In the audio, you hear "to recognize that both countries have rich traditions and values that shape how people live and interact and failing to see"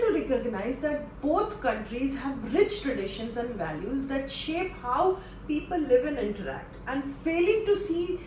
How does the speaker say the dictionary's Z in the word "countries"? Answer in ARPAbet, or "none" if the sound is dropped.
Z